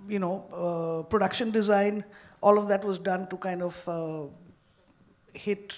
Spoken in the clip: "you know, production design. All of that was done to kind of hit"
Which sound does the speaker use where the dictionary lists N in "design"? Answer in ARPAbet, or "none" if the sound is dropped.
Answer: N